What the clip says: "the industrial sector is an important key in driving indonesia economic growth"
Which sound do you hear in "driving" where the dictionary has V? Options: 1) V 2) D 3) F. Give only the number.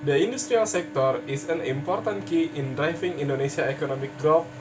3